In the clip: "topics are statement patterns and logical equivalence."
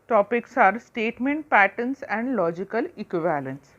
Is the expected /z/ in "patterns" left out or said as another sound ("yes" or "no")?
yes